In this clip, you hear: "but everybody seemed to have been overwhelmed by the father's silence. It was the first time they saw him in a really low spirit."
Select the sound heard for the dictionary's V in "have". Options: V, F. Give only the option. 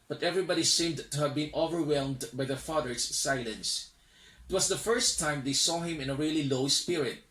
V